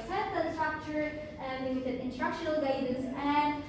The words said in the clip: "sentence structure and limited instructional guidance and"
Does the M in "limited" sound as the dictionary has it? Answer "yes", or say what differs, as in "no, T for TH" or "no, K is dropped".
no, M is dropped